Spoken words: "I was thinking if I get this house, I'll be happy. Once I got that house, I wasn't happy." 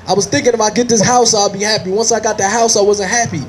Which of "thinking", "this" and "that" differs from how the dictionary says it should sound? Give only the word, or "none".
none